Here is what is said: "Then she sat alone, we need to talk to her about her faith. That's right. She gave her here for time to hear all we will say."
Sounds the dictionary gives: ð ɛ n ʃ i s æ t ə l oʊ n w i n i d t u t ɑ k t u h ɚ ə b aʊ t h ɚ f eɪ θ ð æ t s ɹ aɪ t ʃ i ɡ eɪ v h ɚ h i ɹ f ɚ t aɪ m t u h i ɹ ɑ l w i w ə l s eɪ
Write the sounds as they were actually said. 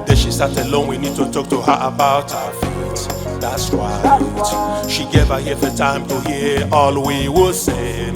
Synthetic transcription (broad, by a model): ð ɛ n ʃ i s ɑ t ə l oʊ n w i n i d t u t ɑ k t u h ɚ ə b aʊ t h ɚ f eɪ t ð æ t s w aɪ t ʃ i ɡ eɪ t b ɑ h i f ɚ t aɪ m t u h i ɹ ɑ l w i w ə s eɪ